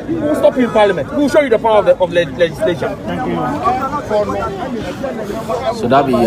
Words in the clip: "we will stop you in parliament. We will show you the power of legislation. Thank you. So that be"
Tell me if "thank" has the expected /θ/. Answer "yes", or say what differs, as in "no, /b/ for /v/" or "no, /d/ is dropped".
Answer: no, /f/ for /θ/